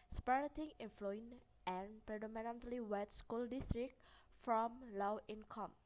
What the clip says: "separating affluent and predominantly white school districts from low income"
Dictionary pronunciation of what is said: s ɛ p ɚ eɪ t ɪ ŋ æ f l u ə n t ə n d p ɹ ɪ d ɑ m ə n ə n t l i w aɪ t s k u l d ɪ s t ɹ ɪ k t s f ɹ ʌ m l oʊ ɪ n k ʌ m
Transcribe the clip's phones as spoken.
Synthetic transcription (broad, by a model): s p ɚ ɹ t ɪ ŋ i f l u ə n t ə n p ɹ ɪ d ɑ m ə n ə n t l i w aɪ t s k u l d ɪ s t ɹ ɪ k f ɹ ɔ m l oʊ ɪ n k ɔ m